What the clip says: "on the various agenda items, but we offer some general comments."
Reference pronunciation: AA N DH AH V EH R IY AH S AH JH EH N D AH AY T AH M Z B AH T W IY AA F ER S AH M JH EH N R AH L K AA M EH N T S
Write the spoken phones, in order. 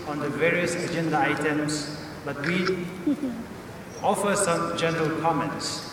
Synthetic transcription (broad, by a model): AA N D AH V EH R IY AH S AH JH EH N D AH AY T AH M S B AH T W IY AA F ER S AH M JH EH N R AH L K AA M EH N T S